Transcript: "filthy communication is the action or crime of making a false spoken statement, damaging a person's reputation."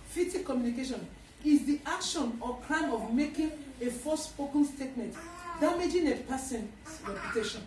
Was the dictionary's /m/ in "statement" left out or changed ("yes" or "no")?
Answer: no